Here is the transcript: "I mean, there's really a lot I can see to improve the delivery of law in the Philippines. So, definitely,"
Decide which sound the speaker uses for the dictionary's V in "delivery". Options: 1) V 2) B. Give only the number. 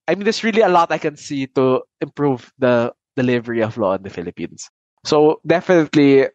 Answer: 1